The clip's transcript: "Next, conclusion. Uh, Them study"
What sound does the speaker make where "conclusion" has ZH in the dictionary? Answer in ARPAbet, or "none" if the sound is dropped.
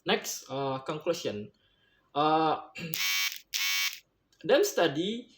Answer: SH